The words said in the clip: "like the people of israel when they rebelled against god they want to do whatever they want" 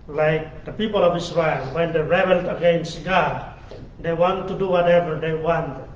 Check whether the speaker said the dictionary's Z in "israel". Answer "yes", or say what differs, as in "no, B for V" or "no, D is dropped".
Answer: no, S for Z